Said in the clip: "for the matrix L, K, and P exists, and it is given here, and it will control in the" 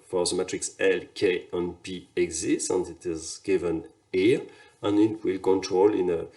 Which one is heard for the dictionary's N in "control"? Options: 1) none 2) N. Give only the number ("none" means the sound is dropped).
2